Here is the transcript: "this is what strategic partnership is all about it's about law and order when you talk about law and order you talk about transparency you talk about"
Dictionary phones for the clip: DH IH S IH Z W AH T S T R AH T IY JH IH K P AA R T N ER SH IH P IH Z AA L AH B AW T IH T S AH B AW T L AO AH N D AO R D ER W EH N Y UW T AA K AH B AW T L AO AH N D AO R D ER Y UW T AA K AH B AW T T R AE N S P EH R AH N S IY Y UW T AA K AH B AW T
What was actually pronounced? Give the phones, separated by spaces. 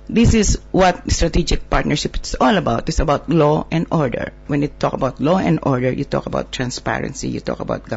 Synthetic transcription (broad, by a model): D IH S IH S W AH T S T R AH T IY JH IH K P AA R T N ER SH IH P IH S AA L AH B AW T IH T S AH B AW T L AO AH N D AO R D ER W EH N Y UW T AA K AH B AW T L AO AH N D AO R D ER Y UW T AA K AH B AW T T R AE N S P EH R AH N S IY Y UW T AA K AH B AW T